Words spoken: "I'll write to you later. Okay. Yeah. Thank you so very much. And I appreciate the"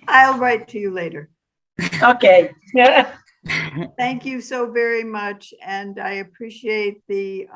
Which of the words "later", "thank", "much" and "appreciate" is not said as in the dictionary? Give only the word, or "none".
none